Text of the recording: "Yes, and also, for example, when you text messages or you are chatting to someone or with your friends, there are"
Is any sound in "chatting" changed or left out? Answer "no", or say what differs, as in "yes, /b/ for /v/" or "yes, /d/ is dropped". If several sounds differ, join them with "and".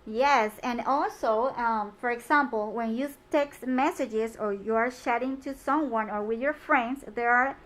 yes, /ʃ/ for /tʃ/